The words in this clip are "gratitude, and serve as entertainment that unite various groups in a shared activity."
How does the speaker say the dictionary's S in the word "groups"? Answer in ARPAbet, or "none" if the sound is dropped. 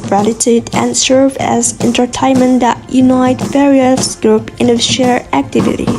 none